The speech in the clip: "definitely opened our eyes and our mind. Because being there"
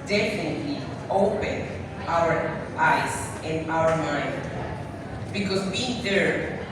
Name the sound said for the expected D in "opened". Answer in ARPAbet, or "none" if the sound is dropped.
none